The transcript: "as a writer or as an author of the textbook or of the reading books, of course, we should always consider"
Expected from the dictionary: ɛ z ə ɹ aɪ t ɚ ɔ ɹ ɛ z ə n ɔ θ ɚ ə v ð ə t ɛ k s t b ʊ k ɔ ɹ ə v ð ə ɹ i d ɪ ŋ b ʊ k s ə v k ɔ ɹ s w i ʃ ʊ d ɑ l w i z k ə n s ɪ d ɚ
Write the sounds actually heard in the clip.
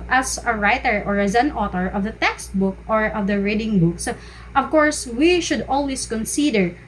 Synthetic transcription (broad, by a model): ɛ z ə ɹ aɪ t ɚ ɔ ɹ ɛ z ə n ɔ t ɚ ə v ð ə t ɛ k s t b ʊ k ɔ ɹ ə v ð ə ɹ i d ɪ ŋ b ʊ k s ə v k ɔ ɹ s w i ʃ ʊ d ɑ l w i s k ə n s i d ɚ